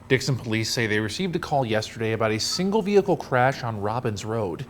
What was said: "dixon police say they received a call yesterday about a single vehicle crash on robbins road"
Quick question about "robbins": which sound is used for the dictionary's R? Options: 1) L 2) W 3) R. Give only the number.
3